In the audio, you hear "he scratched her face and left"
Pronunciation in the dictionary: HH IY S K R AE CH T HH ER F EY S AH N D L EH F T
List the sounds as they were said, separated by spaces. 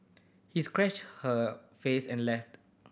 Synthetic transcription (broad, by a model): HH IY S K R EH CH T HH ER F EY S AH N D L EH F T